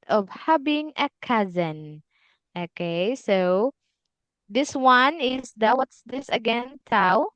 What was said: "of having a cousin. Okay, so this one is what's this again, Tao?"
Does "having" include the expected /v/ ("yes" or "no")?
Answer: no